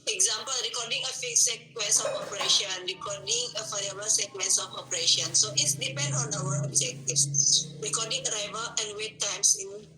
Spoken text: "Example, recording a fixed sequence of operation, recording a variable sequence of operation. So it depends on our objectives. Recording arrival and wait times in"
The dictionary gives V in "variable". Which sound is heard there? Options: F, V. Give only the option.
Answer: F